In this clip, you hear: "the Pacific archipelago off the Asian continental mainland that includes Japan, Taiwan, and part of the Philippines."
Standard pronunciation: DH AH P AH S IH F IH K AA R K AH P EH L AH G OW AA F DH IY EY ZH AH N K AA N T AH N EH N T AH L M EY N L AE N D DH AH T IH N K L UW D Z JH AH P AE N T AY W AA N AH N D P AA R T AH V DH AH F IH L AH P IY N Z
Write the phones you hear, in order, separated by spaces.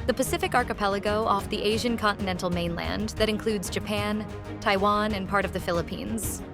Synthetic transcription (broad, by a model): DH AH P AH S IH F IH K AA R K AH P EH L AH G OW AA F DH IY EY ZH AH N K AA N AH N EH N T L M EY N L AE N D DH AH T IH N K L UW D Z JH AH P AE N T AY W AA N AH N P AA R T AH V DH AH F IH L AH P IY N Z